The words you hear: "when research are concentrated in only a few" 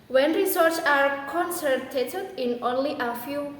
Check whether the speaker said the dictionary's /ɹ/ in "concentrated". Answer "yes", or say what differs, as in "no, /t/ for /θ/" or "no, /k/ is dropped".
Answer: no, /ɹ/ is dropped